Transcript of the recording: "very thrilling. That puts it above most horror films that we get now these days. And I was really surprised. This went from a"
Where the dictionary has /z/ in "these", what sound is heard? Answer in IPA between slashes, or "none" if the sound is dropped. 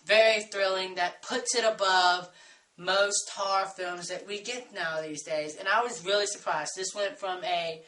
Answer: /z/